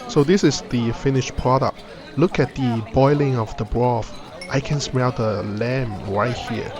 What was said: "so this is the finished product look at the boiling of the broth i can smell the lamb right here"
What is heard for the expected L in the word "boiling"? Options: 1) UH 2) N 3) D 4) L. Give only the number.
4